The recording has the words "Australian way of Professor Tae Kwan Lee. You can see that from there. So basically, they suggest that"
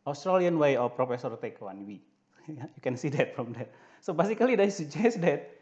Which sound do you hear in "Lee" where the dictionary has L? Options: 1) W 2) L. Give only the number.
1